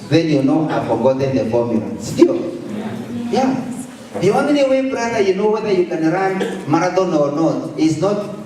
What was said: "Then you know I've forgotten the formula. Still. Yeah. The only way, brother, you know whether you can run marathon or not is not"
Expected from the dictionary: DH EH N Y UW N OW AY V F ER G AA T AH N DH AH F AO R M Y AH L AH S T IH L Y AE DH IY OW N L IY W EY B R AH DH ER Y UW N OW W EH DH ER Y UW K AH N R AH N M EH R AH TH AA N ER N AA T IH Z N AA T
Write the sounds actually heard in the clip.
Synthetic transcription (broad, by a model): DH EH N Y UW N OW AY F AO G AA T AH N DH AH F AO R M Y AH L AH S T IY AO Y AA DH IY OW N N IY W EY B R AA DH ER Y UW N OW W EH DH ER Y UW K AH N R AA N M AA R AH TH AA N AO N AA T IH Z N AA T